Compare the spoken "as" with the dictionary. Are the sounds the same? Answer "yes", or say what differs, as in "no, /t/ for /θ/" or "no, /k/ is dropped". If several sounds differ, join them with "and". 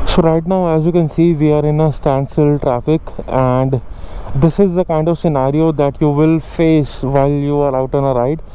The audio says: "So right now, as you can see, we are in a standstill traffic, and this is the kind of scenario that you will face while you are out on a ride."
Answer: yes